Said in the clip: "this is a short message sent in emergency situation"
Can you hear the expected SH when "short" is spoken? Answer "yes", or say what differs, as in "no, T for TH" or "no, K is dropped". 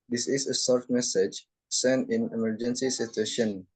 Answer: no, S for SH